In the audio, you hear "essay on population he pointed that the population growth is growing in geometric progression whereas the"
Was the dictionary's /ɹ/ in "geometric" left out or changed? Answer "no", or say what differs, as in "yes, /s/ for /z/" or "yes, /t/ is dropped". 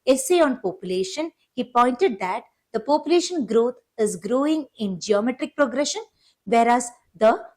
no